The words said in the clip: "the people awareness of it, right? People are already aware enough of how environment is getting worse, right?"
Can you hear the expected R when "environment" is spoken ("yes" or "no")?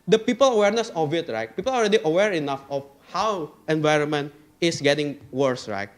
yes